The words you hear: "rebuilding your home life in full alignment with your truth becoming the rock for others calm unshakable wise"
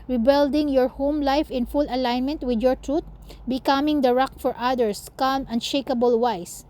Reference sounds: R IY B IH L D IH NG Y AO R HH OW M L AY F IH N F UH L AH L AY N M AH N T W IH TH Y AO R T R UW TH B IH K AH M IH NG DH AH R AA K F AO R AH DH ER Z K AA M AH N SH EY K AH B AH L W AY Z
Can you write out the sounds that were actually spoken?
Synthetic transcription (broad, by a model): R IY B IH L D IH NG Y AO R HH OW M L AY F IH N F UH L AH L AY N M AH N T W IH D Y AO R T R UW T B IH K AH M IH NG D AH R AA K F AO R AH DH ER S K AA M AH N SH EY K AH B AH L W AY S